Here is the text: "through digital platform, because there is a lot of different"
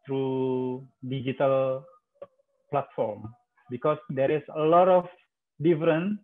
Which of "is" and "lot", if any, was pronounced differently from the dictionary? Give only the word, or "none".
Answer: is